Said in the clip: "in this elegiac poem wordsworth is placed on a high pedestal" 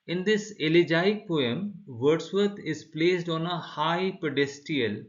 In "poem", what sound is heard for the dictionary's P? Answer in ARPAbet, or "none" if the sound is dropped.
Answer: P